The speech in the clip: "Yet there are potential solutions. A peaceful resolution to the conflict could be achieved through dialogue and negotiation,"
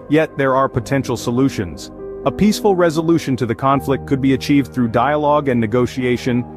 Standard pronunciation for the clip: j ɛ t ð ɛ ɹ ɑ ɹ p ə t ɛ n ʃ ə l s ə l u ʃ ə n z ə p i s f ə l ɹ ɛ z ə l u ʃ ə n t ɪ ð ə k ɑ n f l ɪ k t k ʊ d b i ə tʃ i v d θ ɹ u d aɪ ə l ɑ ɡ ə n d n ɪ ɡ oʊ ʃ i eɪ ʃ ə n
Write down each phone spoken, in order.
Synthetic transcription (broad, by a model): j ɛ t ð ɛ ɹ ɑ ɹ p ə t ɛ n ʃ l s ə l u ʃ ə n z ə p i s f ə l ɹ ɛ z ə l u ʃ ə n t ɪ ð ə k ɑ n f l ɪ k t k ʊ d b i ə tʃ i v d θ ɹ u d aɪ ə l ɑ ɡ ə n n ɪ ɡ oʊ ʃ i eɪ ʃ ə n